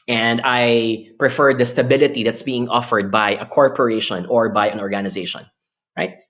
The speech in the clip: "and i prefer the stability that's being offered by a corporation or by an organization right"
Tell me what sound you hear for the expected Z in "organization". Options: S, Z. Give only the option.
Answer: Z